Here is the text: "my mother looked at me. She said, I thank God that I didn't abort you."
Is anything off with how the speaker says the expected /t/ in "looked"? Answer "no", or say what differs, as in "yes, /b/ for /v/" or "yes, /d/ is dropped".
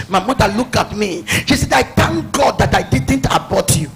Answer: yes, /t/ is dropped